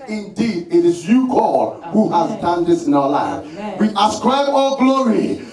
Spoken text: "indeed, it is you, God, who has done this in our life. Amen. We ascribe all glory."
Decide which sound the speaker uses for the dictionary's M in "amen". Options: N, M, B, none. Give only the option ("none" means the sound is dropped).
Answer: none